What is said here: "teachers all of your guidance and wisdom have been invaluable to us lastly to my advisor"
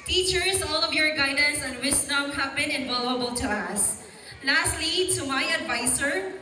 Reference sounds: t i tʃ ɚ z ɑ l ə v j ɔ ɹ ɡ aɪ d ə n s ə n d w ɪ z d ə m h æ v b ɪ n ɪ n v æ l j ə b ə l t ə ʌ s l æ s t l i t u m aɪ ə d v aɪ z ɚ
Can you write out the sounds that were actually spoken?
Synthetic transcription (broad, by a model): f i tʃ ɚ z ɑ l ə v j ɔ ɹ ɡ aɪ d ə n s ə n d w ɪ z d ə m h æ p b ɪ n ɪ n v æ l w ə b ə l t ə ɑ s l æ s t l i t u m aɪ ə d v aɪ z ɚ